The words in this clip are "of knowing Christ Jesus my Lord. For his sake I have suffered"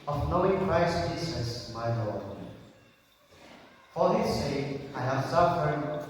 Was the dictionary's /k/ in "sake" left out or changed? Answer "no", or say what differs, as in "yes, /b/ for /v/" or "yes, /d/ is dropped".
yes, /k/ is dropped